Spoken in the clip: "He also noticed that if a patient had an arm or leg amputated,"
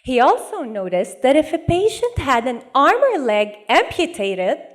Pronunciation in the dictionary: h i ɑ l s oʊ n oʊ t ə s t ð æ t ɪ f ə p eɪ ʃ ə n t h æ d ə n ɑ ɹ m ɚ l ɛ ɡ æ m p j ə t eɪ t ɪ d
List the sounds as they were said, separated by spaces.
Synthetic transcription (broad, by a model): h i ɑ l s oʊ n oʊ t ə s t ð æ t ɪ f ə p eɪ ʃ ə n t h æ d ə n ɑ ɹ m ɚ l ɛ ɡ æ m p j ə t eɪ t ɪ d